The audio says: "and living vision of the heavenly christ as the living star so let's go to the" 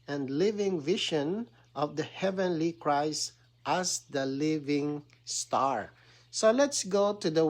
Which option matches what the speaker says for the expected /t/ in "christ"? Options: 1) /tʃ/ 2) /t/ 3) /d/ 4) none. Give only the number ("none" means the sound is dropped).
2